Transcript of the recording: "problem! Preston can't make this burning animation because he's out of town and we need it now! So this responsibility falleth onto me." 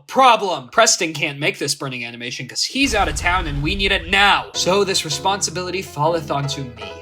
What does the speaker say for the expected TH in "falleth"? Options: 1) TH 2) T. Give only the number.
1